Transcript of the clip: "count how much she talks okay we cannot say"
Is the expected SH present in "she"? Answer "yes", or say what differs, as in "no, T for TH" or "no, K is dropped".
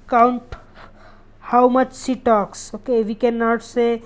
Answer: no, S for SH